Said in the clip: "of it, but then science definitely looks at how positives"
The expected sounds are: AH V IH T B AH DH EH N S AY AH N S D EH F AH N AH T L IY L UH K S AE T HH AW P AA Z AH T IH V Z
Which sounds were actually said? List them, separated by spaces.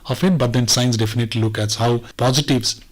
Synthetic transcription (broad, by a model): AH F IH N B AH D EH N S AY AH N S D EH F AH N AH T L IY L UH K AE T HH AW P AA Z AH T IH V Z